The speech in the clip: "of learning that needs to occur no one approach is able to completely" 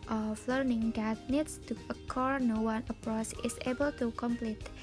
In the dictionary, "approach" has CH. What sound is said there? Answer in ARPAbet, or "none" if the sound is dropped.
S